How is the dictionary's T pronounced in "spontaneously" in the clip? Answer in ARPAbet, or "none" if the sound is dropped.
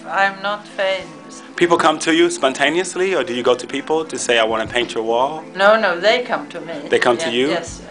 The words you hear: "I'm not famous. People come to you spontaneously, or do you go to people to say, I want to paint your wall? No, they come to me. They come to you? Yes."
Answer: T